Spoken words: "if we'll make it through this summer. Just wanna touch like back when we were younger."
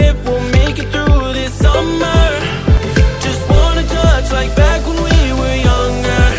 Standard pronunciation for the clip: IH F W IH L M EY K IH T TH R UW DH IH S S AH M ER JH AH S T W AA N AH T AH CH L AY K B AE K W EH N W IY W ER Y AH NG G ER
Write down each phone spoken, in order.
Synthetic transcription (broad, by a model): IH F W IH L M EY K IH T TH R UW DH IH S S AH M ER JH AH S T W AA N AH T AH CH L AY K B AE K W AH N W IY W ER Y AH NG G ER